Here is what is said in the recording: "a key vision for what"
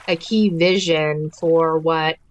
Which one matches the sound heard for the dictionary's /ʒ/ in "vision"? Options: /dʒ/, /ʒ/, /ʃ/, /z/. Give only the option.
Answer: /ʒ/